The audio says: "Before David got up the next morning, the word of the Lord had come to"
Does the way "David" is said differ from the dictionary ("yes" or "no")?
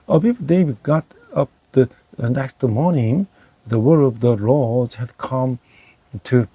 yes